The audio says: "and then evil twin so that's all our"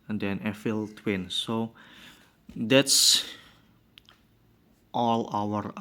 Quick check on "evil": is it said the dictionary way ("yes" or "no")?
no